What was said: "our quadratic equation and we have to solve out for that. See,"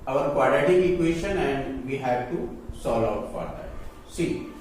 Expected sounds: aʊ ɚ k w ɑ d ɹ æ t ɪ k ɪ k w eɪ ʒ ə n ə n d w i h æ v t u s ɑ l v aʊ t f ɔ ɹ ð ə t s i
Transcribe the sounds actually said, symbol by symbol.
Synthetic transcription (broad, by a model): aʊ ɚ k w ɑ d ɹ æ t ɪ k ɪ k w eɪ ʃ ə n ə n d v i h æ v t u s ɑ l aʊ t f ɔ ɹ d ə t s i